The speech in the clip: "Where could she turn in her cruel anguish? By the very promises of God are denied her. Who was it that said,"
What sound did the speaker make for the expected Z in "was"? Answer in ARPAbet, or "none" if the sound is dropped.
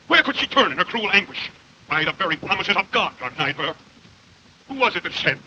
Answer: Z